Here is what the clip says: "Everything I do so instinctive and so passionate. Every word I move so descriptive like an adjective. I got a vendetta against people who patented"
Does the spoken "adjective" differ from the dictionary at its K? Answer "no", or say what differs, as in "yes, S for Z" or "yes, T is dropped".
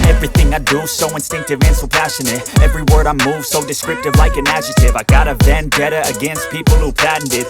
yes, K is dropped